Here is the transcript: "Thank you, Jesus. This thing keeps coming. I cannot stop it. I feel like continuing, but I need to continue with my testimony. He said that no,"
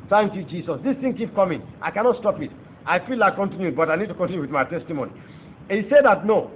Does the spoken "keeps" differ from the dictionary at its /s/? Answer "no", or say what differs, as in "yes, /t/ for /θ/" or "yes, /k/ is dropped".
yes, /s/ is dropped